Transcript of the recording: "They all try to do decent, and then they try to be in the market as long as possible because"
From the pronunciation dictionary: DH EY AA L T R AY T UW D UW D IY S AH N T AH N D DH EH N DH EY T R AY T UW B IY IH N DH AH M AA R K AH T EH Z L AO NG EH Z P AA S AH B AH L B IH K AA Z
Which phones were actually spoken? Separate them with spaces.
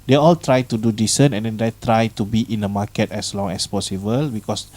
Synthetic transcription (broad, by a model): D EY AA L T R AY T UW D UW D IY S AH N AH N D EH N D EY T R AY T UW B IY IH N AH M AA K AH T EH S L AO NG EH S P AA S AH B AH L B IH K AA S